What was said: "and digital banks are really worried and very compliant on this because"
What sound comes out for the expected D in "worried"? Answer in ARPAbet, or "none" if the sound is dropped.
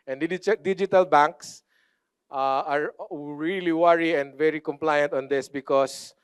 none